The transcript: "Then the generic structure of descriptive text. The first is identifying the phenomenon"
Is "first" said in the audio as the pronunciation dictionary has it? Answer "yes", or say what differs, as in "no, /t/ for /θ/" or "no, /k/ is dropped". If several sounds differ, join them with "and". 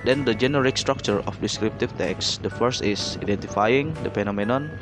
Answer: yes